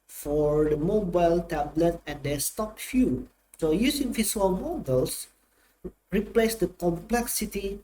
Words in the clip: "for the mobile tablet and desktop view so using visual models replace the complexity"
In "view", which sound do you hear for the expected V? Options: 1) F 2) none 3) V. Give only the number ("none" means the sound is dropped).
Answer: 1